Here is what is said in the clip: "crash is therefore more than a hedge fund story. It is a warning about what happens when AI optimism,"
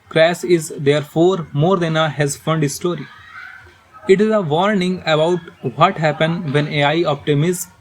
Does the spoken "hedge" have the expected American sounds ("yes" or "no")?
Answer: no